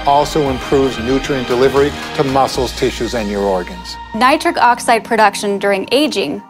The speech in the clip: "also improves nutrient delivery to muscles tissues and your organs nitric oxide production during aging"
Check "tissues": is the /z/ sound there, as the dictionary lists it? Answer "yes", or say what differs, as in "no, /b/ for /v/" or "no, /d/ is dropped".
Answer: yes